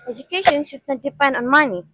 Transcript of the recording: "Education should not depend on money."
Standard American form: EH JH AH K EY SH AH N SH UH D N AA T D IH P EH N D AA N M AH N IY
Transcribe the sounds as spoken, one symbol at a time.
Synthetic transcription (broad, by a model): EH JH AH K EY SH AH N S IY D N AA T D IH P EH N D AA N M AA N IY